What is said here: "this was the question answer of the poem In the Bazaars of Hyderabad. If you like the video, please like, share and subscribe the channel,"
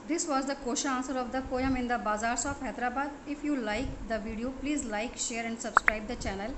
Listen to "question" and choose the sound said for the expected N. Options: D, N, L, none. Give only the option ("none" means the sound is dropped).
none